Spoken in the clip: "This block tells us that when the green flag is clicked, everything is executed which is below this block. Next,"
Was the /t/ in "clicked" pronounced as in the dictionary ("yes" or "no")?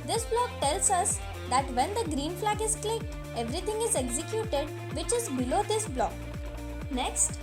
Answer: yes